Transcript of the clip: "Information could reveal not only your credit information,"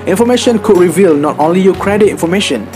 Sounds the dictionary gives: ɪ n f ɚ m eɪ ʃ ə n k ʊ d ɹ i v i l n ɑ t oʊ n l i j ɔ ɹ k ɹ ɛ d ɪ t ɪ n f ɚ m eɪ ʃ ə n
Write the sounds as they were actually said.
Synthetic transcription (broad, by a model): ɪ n f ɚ m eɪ ʃ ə n k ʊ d ɹ i v i l n ɑ t oʊ n l i j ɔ k ɹ ɛ d ɪ t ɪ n f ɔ m eɪ ʃ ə n